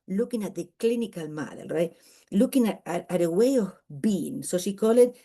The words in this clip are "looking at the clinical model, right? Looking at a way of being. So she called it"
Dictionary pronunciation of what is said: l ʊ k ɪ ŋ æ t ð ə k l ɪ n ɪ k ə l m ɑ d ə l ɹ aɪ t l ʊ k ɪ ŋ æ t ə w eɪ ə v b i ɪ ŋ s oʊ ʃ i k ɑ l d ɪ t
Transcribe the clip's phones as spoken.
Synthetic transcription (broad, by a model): l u k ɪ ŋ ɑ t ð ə k l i n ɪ k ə l m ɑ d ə l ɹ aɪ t l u k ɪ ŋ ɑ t ə w eɪ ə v b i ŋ s oʊ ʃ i k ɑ l ɪ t